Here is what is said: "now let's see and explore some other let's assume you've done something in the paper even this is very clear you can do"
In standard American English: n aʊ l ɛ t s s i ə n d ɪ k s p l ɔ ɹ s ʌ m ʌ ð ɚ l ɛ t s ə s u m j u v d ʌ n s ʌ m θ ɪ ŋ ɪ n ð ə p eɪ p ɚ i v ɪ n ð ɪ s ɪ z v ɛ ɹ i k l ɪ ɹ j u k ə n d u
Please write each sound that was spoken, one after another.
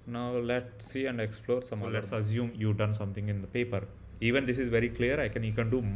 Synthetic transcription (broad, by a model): n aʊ l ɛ t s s i ə n d ɪ k s p l ɔ ɹ s ʌ m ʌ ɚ l ɛ t s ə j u m j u d ʌ n s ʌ m t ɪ ŋ ɪ n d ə p eɪ p ɚ i v ɪ n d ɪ s ɪ z v ɛ ɹ i k l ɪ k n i k ə n d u